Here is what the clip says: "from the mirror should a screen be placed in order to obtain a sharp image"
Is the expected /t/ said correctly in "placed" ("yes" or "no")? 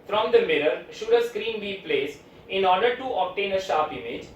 no